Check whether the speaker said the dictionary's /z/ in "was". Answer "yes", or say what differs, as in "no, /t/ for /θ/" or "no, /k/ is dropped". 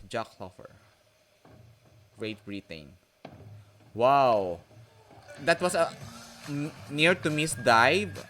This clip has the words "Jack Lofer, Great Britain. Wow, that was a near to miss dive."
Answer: no, /s/ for /z/